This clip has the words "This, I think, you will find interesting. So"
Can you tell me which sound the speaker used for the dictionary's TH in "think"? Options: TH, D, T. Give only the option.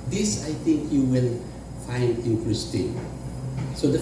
T